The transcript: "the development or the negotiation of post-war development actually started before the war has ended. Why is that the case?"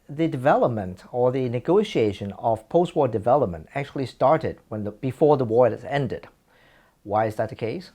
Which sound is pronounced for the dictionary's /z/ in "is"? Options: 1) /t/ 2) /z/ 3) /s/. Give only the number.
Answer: 2